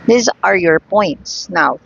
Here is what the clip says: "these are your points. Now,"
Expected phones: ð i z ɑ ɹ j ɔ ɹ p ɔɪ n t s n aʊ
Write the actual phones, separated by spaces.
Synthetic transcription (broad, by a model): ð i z ɑ ɹ j ɔ ɹ p ɔɪ n t s n aʊ